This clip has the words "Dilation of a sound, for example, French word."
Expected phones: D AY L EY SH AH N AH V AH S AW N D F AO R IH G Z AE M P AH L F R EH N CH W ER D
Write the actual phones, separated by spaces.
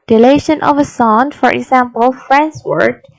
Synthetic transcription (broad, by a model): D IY L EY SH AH N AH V AH S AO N F AO R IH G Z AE M P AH L F R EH N S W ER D